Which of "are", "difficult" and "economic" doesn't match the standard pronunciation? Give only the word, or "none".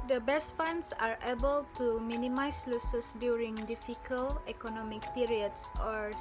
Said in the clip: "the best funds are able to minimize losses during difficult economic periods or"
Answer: difficult